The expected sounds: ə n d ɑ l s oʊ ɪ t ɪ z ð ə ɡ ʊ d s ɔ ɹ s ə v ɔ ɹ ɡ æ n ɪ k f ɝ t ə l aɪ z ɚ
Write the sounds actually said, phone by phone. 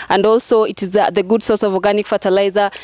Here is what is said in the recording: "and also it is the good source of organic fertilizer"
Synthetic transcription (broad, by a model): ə n d ɑ l s oʊ ɪ t ɪ z ð ə ɡ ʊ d s ɔ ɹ s ə v ɔ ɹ ɡ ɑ n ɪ k f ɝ t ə l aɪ z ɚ